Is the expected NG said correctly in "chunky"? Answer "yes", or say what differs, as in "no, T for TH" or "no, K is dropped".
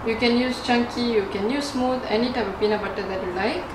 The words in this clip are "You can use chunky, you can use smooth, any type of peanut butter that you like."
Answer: yes